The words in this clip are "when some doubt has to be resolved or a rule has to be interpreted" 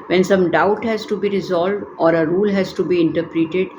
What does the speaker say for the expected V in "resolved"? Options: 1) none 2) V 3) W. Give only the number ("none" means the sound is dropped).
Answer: 2